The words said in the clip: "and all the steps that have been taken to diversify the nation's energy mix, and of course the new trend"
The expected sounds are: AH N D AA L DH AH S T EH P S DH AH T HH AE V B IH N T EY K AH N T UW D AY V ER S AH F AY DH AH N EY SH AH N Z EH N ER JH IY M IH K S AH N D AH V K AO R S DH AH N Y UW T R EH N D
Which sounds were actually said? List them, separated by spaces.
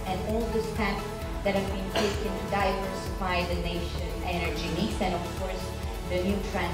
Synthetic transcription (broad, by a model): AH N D AA L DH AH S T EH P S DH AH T HH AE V B IH N T EY K AH N T UW D AY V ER S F AY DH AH N EY SH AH N EH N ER JH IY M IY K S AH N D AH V K AO R S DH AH N Y UW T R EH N